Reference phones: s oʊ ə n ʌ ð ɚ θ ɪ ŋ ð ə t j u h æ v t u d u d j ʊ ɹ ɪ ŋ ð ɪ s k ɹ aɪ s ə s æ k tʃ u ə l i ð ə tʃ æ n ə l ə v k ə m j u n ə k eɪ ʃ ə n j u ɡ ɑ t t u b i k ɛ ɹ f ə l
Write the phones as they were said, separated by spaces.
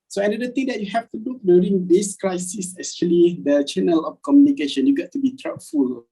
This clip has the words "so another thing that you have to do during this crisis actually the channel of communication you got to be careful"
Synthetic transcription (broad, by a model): s oʊ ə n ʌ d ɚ t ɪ ŋ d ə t j u h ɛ f t u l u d j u ɹ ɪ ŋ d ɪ s k ɹ aɪ s ə s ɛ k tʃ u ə l i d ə tʃ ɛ n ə l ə f k ə m j u n ə k eɪ ʃ ə n j u ɡ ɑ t t u b i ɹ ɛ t f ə l